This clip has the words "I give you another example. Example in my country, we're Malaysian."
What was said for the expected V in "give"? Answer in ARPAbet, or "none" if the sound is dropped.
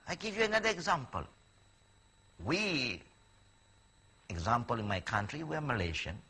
V